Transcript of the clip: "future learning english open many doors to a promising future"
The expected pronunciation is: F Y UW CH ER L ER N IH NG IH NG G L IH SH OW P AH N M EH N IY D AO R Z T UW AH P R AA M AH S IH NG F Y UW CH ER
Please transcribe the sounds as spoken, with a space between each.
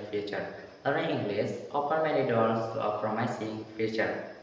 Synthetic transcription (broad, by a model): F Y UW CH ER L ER IH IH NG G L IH S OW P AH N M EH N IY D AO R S T UW AH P R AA M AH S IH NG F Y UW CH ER